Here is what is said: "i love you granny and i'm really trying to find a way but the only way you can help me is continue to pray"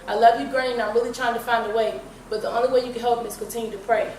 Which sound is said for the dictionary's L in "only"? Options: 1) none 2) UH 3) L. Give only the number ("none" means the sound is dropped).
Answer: 3